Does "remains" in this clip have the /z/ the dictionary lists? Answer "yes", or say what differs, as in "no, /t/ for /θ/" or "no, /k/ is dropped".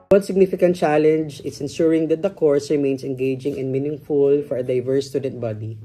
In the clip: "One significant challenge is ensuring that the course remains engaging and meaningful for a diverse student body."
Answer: no, /s/ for /z/